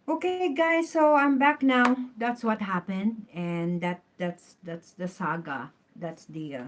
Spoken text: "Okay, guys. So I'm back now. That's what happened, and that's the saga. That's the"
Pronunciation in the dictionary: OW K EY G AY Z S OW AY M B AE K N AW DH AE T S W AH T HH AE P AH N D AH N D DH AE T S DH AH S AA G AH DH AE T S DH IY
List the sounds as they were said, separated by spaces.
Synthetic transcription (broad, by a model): OW K EY G AY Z S OW AY M B AE K N AW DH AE T S W AH T HH AE P AH N D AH N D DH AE T S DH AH S AA G AH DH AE T S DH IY